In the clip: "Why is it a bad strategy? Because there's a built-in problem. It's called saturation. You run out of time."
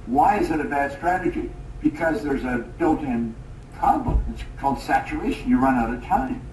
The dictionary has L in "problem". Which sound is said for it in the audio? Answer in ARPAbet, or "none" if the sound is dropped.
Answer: none